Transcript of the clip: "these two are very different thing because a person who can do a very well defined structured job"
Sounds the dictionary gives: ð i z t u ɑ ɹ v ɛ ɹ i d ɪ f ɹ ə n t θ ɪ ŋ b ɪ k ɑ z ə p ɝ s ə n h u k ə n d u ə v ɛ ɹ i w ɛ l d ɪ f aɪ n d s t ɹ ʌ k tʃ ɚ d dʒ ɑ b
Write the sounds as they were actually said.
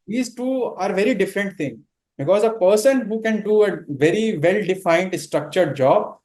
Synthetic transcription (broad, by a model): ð i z t u ɑ ɹ v ɛ ɹ i d ɪ f ɹ ə n t t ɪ ŋ b ɪ k ɑ z ə p ɝ s ə n h u k ə n d u ə v ɛ ɹ i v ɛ l d ɪ f aɪ n d s t ɹ ʌ k tʃ ɚ d dʒ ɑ b